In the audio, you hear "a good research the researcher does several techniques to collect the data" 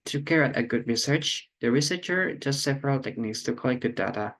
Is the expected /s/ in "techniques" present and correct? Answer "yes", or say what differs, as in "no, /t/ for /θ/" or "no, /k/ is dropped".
yes